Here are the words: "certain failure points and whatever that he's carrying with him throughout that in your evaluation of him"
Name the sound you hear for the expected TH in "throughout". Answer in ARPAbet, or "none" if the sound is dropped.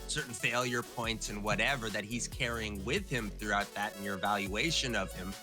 TH